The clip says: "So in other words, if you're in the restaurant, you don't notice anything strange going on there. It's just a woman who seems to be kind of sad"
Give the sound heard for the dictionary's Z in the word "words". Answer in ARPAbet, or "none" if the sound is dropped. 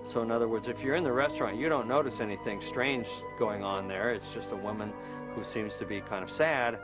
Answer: Z